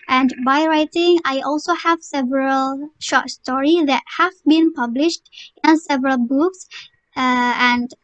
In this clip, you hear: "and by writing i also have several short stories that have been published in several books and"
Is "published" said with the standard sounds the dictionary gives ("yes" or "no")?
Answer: yes